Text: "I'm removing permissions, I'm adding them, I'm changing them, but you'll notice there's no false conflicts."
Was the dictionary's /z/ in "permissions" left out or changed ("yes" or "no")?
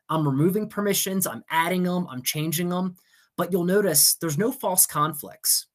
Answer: no